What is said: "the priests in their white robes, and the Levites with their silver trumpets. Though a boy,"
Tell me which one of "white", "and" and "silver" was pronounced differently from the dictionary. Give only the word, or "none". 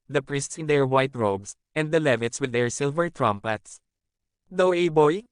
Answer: none